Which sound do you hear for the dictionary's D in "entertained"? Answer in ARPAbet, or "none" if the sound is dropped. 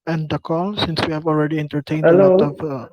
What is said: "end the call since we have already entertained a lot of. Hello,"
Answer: none